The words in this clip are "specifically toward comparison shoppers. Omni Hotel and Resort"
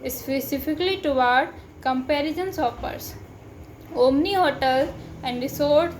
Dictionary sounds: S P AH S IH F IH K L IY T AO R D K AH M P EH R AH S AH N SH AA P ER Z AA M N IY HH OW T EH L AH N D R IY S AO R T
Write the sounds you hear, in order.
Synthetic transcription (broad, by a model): S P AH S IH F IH K L IY T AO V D K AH M P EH R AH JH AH N S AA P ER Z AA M N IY HH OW T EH L AH N D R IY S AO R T